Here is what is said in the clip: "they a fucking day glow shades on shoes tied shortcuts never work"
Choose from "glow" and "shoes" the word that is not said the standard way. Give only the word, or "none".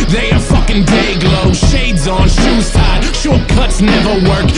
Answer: none